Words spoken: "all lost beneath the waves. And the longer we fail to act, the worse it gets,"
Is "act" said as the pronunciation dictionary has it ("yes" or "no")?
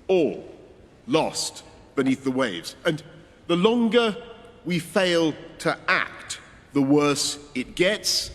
yes